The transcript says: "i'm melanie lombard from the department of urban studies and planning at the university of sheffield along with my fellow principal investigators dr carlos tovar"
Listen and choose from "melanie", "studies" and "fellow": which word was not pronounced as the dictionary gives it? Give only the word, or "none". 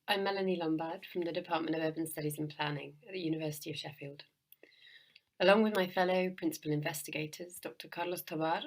none